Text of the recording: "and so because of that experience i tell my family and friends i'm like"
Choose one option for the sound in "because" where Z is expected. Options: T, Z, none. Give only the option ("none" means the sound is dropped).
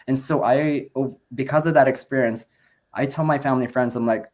Z